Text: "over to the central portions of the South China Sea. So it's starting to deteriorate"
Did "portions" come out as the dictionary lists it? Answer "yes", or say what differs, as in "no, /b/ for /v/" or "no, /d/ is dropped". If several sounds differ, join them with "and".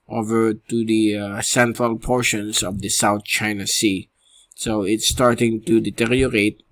no, /s/ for /z/